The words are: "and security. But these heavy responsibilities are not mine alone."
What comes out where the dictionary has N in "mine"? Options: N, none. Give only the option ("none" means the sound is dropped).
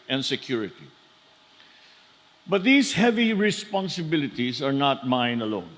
N